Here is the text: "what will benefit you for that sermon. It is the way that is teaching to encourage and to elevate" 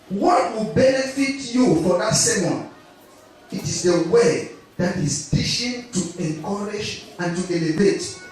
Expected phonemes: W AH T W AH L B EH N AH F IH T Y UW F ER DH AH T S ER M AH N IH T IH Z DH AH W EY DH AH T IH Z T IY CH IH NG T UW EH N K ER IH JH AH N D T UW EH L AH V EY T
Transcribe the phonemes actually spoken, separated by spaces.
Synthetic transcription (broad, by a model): W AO T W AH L B EH N AH F IH T Y UW F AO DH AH T S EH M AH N IH T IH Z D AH W EY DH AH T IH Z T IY SH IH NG T UW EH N K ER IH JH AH N T UW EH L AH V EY T